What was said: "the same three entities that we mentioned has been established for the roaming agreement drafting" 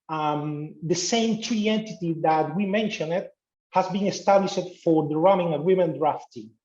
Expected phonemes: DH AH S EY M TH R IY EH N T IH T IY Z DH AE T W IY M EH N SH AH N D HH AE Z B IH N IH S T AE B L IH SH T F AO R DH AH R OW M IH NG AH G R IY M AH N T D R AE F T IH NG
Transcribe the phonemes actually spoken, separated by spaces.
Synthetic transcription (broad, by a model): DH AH S EY M T R IY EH N T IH T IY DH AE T W IY M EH N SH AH N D HH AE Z B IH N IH S T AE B L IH SH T F AO R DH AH R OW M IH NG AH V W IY M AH N D R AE F T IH